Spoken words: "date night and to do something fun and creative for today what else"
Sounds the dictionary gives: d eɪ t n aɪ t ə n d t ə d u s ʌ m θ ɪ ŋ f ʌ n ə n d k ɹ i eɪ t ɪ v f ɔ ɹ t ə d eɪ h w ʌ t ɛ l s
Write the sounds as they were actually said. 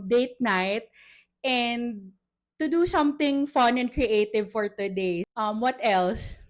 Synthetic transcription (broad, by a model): d eɪ t n aɪ t ə n d t ə d u s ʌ m t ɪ ŋ f ʌ n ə n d k ɹ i eɪ t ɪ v f ɔ ɹ t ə d eɪ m w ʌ t ɛ l s